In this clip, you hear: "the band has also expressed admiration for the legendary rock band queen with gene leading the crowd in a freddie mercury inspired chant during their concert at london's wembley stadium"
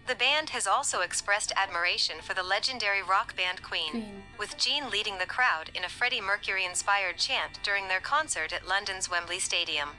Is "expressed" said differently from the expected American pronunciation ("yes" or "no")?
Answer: no